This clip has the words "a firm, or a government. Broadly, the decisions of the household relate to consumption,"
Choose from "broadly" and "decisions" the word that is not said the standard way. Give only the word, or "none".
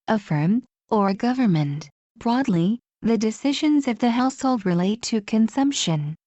none